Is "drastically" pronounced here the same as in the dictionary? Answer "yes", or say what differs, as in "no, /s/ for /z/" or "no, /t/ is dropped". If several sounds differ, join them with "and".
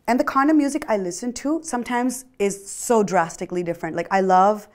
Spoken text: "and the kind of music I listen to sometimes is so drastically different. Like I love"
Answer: yes